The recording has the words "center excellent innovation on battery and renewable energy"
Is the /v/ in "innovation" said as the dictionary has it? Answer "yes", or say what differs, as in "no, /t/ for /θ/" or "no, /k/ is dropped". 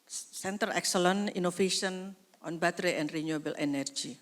no, /f/ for /v/